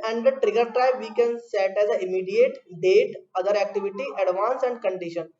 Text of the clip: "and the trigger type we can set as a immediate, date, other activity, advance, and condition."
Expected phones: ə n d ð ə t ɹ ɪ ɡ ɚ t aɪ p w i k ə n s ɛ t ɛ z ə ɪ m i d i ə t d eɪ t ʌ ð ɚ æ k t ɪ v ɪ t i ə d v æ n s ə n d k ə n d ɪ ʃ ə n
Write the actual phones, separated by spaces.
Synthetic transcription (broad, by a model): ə n d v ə t ɹ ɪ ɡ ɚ t aɪ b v i k ə n s ɛ t ɛ z ə ɪ m i d i ə t d eɪ t ʌ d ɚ æ k t ɪ v ɪ t i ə d v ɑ n s ə n d k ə n d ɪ ʃ ə n